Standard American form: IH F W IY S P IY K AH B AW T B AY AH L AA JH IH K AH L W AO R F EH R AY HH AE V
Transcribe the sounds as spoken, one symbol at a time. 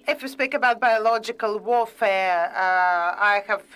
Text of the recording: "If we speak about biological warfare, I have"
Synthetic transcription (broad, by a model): IH F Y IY S P IY K AH B AW T B AY AH L AA JH IH K AH L W AO F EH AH AY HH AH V